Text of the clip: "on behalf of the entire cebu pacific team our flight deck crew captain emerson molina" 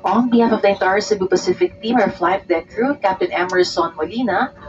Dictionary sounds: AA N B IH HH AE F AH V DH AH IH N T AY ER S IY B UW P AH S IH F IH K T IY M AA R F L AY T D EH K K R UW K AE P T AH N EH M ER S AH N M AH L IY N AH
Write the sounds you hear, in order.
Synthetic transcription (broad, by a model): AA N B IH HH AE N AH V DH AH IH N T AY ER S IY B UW P AH S IH F IH K T IY M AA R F L AY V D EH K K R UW K AE P T AH N EH M ER S AH N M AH L IY N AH